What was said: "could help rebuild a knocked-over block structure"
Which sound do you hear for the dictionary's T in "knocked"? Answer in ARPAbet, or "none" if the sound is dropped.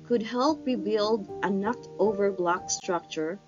T